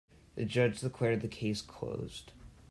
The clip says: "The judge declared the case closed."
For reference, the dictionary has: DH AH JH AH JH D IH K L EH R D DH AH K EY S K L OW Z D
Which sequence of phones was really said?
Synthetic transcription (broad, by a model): DH AH JH AH JH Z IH K W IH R D DH AH K EY S K L OW Z D